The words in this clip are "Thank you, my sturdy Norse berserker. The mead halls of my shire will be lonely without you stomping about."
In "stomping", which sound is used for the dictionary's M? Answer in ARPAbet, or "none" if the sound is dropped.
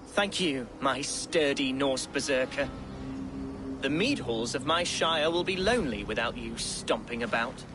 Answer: M